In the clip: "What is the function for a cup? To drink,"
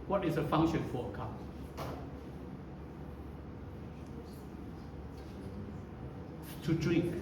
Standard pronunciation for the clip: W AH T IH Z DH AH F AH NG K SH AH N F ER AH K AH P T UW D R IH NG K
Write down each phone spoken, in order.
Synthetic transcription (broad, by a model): W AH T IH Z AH F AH NG SH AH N F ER AH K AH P T UW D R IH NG K